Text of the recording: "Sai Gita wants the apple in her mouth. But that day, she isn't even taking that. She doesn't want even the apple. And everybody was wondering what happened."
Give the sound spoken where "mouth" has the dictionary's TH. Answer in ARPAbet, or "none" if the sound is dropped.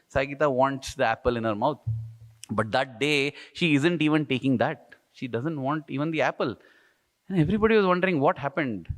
T